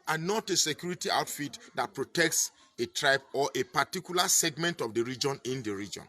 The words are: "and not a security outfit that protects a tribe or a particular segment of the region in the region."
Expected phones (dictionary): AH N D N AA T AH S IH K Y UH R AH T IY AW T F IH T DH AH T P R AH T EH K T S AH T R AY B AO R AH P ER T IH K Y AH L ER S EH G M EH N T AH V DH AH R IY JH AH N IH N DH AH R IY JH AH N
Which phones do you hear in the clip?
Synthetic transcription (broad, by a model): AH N N AA T AH S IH K Y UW R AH T IY AW T F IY T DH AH T P R AH T EH K T S AH T R AY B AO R AH P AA T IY K Y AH L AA S EH G M EH N T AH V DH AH R IY JH AH N IH N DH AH R IY JH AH N